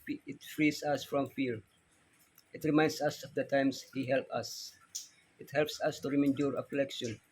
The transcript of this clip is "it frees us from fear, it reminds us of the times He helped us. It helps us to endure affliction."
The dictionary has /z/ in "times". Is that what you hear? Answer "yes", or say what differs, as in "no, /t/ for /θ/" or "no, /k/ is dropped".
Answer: no, /s/ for /z/